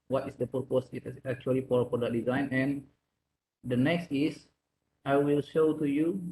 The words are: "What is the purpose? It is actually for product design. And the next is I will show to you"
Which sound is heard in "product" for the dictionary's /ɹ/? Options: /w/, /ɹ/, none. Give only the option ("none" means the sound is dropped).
none